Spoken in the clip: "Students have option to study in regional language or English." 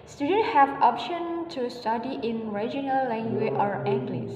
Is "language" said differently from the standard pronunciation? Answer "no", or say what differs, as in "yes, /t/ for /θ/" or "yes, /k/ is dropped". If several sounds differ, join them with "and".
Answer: yes, /dʒ/ is dropped